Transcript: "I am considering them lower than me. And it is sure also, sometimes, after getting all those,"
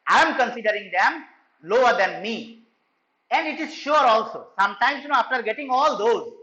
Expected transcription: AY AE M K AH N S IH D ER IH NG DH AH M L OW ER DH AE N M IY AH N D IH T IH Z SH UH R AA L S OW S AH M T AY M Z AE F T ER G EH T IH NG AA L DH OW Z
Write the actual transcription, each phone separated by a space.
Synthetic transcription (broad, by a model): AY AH M K AH N S IH D ER IH NG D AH M L OW ER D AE N M IY AH N D IH T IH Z SH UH R AA L S OW S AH M T AY M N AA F T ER G EH T IH NG AA L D OW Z